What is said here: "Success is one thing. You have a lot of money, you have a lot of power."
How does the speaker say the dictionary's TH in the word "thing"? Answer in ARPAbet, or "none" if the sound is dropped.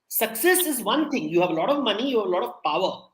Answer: T